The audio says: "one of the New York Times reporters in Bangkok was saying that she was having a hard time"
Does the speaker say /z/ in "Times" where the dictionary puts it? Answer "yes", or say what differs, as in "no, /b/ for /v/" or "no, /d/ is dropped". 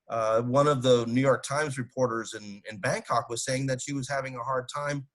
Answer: yes